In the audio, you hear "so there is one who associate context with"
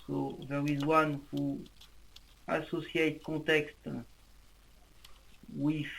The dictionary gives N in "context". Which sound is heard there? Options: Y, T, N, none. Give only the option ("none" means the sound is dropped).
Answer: none